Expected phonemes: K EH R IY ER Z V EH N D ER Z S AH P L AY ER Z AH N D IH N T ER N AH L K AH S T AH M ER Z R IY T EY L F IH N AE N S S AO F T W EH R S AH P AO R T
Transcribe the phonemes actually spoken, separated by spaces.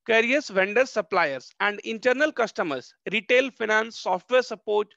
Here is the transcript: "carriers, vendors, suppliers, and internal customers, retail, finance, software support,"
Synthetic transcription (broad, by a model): K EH R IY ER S V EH N D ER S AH P L AY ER S AH N D IH N T ER N AH L K AH S T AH M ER S R IY T EY L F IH N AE N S S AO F T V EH R S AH P AO R T